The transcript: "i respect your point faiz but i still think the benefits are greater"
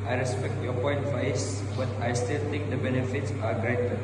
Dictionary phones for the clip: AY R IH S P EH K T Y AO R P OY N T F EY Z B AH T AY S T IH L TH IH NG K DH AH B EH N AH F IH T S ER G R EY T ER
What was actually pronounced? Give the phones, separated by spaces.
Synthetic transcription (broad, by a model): AY R IH S P EH K T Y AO P OY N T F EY S B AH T AY S T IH L T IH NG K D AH B EH N AH F IH T S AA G R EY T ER